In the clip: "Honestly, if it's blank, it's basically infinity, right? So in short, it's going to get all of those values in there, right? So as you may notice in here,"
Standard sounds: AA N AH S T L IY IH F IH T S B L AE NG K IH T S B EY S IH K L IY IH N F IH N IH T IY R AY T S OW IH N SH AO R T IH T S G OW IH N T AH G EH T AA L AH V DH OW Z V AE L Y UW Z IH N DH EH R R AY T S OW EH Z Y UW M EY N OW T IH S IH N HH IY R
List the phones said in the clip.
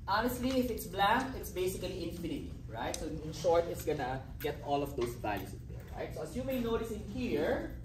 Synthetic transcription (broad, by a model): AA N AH S T L IY IH F IH T S B L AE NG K IH T S B EY S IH K L IY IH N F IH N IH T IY R AY T S OW IH N SH AO R T IH T S G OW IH N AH G EH T AA L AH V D OW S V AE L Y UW S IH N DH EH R R AY T S OW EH S Y UW M EY N OW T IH S IH N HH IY R